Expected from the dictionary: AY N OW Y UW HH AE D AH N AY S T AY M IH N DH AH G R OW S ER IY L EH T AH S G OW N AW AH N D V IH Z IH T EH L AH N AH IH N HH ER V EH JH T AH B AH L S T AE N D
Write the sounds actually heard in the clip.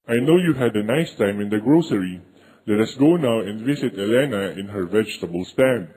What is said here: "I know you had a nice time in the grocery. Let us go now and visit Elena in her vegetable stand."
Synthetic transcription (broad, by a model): AY N OW Y UW HH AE D AH N AY S T AY M IH N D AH G R OW S ER IY L EH T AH S G OW N AW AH N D V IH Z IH T EH L AH N AH IH N HH ER V EH JH T AH B AH L S T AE N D